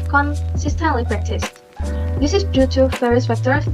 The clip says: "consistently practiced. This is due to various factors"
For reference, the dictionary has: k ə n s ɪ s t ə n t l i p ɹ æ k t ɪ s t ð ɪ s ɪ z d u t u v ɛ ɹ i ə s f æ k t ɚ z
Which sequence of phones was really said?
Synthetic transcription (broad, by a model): k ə n s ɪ s t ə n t l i p ɹ æ k t ɪ s t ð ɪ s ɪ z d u t u f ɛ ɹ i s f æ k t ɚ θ